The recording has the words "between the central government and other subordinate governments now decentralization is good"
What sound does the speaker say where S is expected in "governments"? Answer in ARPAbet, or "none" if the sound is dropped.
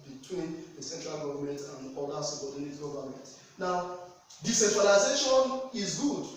none